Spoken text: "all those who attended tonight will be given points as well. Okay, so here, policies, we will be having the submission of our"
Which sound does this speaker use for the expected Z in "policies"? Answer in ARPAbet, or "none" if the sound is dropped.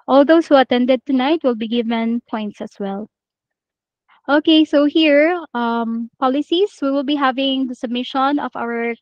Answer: S